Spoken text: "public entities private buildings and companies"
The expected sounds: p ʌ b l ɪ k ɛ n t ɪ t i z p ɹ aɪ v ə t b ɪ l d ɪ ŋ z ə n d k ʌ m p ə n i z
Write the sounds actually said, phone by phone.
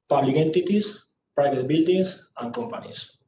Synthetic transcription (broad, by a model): p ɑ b l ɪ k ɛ n t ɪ t i s p ɹ aɪ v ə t b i l d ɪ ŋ s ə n k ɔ m p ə n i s